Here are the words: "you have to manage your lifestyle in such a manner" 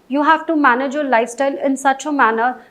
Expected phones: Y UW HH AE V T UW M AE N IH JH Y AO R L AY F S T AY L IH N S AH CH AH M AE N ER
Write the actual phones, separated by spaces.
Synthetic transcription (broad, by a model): Y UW HH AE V T UW M AE N IH JH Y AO L AY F S T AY L IH N S AH CH AH M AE N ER